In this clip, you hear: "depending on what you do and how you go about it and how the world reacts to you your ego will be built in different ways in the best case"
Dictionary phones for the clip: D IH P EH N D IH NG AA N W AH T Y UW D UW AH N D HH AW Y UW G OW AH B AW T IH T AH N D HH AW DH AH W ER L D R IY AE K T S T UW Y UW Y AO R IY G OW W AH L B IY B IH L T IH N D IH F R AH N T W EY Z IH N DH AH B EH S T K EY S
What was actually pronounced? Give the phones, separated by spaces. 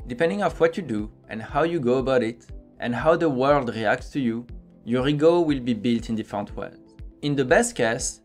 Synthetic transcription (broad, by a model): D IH P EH N D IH NG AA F W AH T Y UW D UW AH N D HH AW Y UW G OW AH B AW T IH T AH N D HH AW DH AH W ER L D R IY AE K T S T UW Y UW Y AO R IY G OW W AH L B IY B IH L T IH N D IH F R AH N T W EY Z IH N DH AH B EH S T K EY S